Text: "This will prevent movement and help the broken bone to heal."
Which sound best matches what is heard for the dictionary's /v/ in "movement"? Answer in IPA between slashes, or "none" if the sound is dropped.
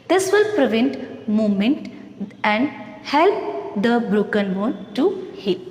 none